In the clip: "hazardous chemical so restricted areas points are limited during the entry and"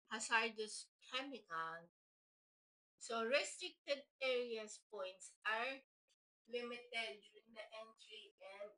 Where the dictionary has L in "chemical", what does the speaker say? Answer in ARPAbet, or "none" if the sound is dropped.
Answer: N